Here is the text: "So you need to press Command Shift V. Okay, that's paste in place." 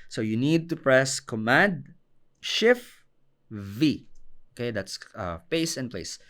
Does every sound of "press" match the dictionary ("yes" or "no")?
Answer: yes